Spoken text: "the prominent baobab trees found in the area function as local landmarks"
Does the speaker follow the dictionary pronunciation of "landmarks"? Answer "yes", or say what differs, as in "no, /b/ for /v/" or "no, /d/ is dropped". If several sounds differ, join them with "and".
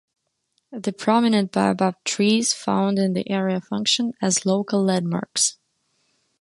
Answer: no, /n/ is dropped